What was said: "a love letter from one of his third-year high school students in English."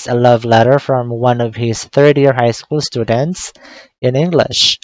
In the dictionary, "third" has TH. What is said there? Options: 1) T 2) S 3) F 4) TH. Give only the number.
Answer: 4